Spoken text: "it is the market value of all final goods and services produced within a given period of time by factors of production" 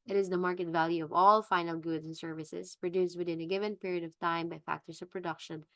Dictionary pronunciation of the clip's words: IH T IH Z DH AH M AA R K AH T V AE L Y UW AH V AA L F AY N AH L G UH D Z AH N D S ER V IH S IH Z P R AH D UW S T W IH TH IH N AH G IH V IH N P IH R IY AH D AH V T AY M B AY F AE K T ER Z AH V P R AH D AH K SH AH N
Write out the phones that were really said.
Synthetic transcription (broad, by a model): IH T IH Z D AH M AA R K AH T V AE L Y UW AH V AA L F AY N AH L G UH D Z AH N S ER V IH S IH S P R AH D UW S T W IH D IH N AH G IH V IH N P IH R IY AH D AH V T AY M B AY F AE K T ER S AH V P R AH D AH K SH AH N